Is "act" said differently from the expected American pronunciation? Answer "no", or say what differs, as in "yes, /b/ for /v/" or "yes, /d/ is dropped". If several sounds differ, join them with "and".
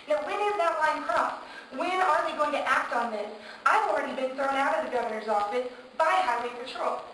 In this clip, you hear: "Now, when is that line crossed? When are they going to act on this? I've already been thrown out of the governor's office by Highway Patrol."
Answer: no